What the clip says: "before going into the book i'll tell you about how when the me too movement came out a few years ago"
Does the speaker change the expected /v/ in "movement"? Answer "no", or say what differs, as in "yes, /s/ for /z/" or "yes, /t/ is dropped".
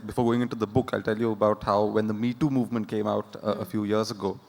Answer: no